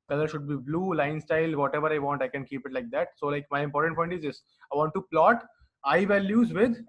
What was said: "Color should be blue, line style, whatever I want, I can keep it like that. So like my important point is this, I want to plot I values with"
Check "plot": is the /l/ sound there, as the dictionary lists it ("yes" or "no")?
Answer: yes